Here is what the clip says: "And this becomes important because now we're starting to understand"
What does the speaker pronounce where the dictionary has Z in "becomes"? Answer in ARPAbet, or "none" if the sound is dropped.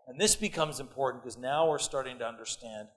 Z